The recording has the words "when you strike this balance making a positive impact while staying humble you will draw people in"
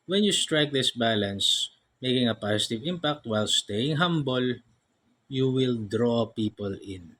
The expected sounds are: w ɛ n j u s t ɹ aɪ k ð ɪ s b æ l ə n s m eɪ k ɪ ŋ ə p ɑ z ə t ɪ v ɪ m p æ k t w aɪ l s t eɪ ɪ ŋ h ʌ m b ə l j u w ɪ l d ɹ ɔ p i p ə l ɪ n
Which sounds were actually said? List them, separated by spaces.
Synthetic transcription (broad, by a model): w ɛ n j u s t ɹ aɪ k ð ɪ s b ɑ l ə n s m eɪ k ɪ ŋ ə p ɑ s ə t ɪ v ɪ m p æ k t w aɪ l s t eɪ ɪ ŋ h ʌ m b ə l j u w ɪ l d ɹ ɔ p i p ə l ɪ n